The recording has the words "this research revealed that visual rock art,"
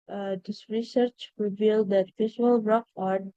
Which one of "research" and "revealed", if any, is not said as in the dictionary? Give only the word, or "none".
none